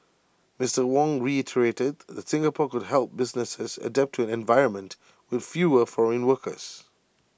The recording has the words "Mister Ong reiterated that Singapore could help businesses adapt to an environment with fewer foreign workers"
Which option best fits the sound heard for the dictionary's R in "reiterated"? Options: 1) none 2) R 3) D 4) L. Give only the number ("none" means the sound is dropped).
2